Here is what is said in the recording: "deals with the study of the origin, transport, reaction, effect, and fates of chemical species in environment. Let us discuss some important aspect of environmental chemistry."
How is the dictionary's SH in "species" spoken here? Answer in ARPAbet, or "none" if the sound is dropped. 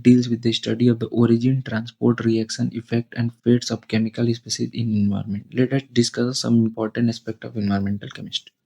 S